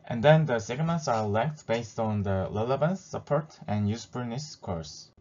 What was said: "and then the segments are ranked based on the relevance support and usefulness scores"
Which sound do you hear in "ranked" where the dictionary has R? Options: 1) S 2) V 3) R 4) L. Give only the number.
4